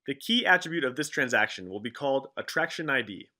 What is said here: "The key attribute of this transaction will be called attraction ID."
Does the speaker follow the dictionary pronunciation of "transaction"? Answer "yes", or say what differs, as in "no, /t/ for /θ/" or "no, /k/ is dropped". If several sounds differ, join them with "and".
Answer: yes